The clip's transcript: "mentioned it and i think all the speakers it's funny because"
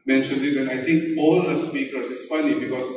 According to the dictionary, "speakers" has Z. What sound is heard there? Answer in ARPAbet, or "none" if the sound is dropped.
S